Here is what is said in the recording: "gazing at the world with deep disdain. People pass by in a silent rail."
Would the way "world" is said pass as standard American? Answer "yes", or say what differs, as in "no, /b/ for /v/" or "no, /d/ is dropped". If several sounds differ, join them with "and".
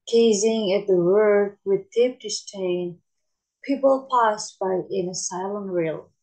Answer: no, /l/ is dropped